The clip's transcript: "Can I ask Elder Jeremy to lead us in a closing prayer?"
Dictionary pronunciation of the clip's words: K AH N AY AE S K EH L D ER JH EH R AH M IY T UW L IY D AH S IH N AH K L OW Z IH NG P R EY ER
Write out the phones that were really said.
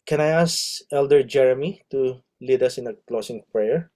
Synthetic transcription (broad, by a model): K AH N AY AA S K EH L D ER JH EH R AH M IY T UW L IY D AH S IH N AH K L OW S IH NG P R EY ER